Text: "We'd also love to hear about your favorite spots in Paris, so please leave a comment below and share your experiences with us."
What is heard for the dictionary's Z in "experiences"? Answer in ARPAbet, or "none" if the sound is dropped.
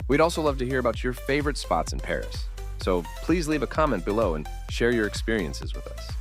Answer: Z